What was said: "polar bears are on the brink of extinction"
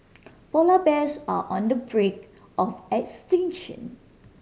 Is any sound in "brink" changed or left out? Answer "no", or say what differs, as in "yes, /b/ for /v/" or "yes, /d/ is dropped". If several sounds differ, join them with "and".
yes, /ŋ/ is dropped